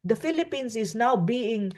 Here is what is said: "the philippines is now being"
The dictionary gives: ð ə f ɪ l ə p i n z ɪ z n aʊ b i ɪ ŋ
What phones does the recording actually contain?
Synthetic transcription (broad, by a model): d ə f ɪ l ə p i n s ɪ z n aʊ b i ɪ ŋ